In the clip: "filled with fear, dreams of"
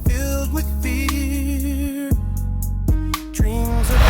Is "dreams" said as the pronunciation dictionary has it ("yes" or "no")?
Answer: yes